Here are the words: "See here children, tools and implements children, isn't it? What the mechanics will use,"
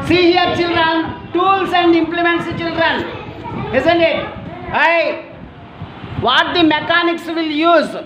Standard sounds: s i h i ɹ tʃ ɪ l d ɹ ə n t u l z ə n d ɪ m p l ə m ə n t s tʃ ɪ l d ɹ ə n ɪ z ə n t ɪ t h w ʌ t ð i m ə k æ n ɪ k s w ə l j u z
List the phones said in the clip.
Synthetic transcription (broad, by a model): s i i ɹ tʃ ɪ l d ɹ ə n t u l s ə n d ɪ m p l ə m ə n t s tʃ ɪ l d ɹ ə n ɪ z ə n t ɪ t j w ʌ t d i m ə k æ n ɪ k s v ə l j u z